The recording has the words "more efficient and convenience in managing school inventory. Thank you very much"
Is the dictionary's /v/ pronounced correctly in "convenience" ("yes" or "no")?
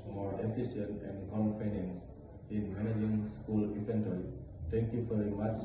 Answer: no